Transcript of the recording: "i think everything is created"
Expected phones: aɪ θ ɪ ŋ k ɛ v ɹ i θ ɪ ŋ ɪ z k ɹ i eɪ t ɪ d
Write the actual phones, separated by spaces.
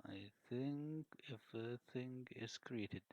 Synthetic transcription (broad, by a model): aɪ θ ɪ ŋ k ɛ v i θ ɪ ŋ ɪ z k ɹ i eɪ t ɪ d